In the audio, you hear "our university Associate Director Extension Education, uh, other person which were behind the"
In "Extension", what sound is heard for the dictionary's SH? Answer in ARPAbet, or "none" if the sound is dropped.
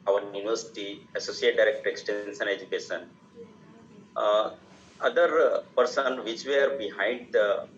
S